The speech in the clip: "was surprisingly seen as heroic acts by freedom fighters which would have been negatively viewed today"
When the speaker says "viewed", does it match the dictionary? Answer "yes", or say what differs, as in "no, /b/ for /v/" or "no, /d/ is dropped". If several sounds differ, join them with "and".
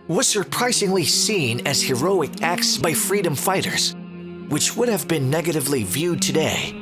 yes